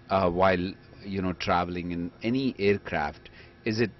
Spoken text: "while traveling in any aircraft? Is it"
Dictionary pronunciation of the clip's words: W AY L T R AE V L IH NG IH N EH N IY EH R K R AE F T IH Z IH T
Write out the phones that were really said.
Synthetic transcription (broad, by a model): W AY L T R AE V L IH NG IH N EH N IY EH R K R AE F T IH Z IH T